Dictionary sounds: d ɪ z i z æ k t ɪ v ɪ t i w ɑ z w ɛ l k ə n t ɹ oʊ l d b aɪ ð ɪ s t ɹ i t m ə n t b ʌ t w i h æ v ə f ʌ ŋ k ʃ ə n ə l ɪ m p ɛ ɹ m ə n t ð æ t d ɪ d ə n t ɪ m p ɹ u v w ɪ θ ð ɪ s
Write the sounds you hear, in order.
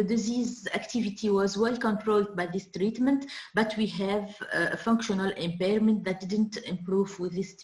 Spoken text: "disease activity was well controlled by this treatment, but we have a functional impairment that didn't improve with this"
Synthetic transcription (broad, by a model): d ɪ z i z æ k t ɪ v ɪ t i w ɑ z w ɛ l k ə n t ɹ oʊ l d b aɪ ð ɪ s t ɹ i t m ə n t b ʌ t w i h æ v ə f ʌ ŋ k ʃ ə n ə l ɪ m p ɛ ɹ m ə n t ð æ t d ɪ d ə n t ɪ m p ɹ u v w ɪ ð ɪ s